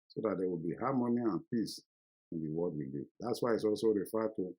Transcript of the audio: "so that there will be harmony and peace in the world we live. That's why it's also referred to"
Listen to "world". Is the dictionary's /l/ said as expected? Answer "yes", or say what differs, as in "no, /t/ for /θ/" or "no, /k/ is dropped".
no, /l/ is dropped